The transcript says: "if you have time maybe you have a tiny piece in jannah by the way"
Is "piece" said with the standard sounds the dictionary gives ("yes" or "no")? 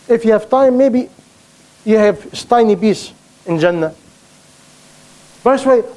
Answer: no